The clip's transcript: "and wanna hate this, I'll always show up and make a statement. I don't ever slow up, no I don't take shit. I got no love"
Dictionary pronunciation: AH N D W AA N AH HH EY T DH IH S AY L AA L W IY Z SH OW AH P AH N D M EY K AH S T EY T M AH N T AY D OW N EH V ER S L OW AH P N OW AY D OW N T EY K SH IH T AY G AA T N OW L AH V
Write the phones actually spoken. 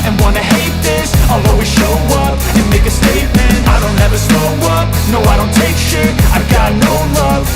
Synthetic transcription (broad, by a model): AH N W AA N AH HH EY T DH IH S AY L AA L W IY SH OW AH P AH N M EY K AH S T EY T M AH N T AY D OW N EH V ER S OW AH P N OW AY D OW N T EY K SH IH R AY G AA T N OW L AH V